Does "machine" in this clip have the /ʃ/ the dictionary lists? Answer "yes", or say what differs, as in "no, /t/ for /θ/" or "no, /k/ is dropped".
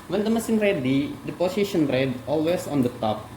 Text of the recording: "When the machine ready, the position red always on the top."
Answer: no, /s/ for /ʃ/